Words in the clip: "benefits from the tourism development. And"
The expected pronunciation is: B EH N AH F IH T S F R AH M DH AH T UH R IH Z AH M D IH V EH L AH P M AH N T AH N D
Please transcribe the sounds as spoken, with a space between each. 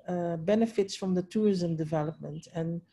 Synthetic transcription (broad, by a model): B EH N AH F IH T S F R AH M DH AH T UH R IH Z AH M D IH V EH L AH P M AH N T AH N